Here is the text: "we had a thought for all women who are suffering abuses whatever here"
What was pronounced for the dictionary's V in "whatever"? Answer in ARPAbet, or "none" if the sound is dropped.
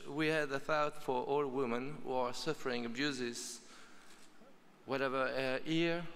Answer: V